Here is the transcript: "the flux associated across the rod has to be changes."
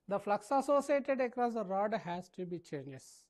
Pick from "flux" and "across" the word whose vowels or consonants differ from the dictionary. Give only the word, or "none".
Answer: none